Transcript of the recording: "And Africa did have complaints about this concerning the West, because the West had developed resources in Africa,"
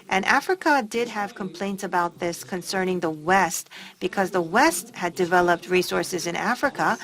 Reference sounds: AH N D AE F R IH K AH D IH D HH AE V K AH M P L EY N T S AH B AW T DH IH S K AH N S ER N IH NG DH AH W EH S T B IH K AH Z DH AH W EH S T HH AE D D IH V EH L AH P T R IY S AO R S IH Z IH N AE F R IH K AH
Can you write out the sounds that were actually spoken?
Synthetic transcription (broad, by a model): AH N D AE F R IH K AH D IH D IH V K AH M P L EY N T S AH B AW T DH IH S K AH N S ER N IH NG DH AH W EH S T B IH K AH Z DH AH W EH S T HH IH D D IH V EH L AH P T R IY S AO R S IH Z IH N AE F R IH K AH